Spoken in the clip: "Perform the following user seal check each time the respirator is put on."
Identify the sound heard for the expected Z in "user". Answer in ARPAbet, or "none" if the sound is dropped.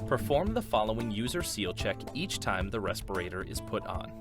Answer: Z